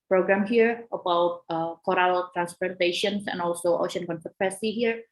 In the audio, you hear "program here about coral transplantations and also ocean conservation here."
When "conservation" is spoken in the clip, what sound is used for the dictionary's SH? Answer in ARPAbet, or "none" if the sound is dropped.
S